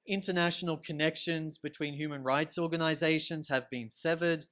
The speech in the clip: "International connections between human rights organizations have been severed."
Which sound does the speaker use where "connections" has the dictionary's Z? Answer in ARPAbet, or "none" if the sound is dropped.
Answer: Z